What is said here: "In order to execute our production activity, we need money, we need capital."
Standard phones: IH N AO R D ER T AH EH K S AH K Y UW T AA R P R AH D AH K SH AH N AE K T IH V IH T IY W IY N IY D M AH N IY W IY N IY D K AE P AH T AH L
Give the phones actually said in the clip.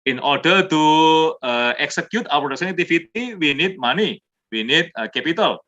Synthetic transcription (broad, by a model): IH N AO R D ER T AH EH K S AH K Y UW T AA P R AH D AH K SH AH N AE T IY F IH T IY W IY N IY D M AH N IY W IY N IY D K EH P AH T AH L